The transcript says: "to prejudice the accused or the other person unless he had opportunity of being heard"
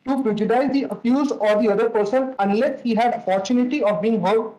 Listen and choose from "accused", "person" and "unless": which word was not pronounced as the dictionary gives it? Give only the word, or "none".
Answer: accused